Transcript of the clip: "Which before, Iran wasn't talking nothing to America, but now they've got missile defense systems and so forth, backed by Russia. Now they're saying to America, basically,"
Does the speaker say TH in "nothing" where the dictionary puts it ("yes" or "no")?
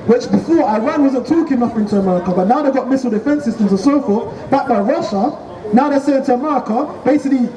no